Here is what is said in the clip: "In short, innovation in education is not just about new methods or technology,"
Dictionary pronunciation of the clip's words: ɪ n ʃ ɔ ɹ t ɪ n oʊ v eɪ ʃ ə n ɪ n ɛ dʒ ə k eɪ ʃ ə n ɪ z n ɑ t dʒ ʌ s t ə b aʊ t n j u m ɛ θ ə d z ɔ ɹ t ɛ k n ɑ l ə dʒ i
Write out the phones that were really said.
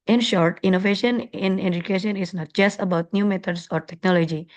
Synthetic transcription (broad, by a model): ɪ n ʃ ɔ ɹ t ɪ n oʊ v eɪ ʃ ə n ɪ n ɛ dʒ ə k eɪ ʃ ə n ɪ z n ɑ t dʒ ʌ s t ə b aʊ t n j u m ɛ t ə d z ɔ ɹ t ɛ k n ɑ l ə dʒ i